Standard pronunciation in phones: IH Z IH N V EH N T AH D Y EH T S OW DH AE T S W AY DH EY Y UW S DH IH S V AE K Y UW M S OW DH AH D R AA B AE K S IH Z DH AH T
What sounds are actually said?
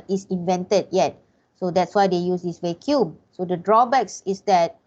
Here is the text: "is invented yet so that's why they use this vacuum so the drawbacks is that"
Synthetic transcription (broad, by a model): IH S IH N V EH N T AH D Y EH T S OW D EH T S W AY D EY Y UW S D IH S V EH K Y UW M S OW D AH D R AA B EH K S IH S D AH T